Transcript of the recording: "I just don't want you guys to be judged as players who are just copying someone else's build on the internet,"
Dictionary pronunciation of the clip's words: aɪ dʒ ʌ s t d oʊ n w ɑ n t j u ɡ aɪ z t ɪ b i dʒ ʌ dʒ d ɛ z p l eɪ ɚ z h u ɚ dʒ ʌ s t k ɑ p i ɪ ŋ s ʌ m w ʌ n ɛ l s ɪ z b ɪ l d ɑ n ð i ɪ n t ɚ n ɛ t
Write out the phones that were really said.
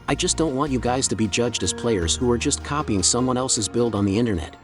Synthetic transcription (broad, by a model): aɪ dʒ ʌ s d oʊ n w ɑ n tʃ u ɡ aɪ z t ɪ b i dʒ ʌ dʒ d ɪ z p l eɪ ɚ z h u ɚ dʒ ʌ s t k ɑ p i ɪ ŋ s ʌ m w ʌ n ɛ l s ɪ z b ɪ l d n ð i ɪ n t ɚ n ɛ t